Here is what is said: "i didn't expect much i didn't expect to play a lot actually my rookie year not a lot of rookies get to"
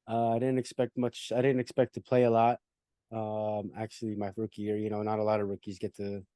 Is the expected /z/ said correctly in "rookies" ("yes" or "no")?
yes